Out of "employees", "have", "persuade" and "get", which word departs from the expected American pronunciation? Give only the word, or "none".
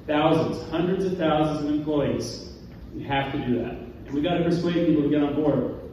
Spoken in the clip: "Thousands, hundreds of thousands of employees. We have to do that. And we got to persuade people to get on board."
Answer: have